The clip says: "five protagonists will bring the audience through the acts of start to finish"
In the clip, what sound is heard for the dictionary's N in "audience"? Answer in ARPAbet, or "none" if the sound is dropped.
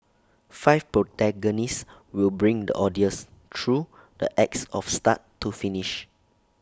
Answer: none